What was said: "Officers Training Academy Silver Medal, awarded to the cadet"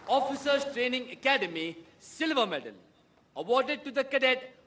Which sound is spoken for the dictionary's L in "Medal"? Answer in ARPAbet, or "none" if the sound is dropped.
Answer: N